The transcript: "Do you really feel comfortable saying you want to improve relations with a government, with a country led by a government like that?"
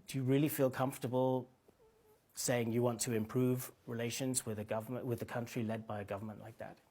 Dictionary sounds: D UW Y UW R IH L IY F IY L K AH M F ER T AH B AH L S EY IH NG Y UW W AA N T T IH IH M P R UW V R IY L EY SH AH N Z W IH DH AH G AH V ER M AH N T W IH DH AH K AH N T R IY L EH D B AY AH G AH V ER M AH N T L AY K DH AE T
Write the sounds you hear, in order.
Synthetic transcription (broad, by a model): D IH Y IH R IH L IY F IY L K AH M F T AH B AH L S EY IH NG Y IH W AA N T T IH IH M P R UW V R IY L EY SH AH N Z W IH DH AH G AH V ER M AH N W IH DH AH K AH N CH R IY L EH D B AY AH G AH V ER M AH N T L AY K DH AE T